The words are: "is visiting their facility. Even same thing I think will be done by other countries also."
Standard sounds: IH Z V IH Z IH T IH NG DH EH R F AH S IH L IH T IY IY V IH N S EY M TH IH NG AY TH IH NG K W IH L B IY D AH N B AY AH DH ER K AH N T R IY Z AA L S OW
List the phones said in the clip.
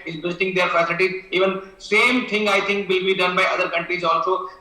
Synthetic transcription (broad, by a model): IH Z B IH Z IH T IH NG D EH R F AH S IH L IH T IY IY V IH N S EY M T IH NG AY T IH NG K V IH L B IY D AH N B AY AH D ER K AH N T R IY Z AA L S OW